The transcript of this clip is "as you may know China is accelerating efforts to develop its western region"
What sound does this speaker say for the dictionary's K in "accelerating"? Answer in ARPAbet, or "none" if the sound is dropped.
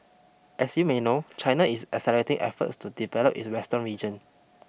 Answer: none